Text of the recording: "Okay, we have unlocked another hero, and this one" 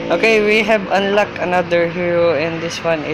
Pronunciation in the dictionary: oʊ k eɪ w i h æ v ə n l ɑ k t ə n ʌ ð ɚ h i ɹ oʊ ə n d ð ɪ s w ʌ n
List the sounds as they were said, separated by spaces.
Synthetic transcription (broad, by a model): oʊ k eɪ w i h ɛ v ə n l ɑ k ə n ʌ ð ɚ h i ɹ oʊ ə n d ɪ s w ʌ n